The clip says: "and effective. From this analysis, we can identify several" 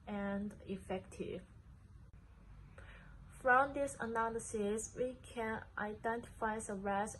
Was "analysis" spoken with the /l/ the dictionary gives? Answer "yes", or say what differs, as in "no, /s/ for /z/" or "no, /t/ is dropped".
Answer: yes